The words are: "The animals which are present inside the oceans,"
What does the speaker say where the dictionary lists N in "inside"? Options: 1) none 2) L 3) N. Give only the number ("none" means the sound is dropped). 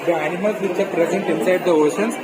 3